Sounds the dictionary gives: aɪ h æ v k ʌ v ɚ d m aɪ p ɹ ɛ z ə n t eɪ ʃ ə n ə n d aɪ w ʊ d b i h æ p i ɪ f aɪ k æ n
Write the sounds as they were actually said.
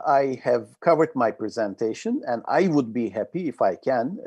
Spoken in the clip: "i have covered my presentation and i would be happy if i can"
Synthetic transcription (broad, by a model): aɪ h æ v k ʌ v ɚ d m aɪ p ɹ ɛ z ə n t eɪ ʃ ə n ə n d aɪ w ʊ d b i h æ p i ɪ f aɪ k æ n